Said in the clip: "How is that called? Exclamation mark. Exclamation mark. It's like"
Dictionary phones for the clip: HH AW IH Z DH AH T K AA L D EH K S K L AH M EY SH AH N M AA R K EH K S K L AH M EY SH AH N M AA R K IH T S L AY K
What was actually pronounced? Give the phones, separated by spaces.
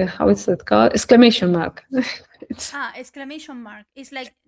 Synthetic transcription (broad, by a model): HH AW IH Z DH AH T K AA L EH K S K L AH M EY SH AH N M AA R K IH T S K L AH M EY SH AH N M AA R K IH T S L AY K